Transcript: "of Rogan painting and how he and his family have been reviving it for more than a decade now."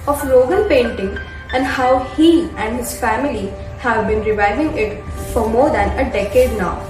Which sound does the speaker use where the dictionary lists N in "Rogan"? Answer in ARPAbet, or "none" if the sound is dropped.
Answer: L